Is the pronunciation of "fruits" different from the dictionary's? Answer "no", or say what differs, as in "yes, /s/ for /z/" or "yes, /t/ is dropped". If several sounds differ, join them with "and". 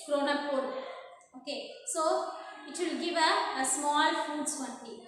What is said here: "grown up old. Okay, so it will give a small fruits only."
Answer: yes, /ɹ/ is dropped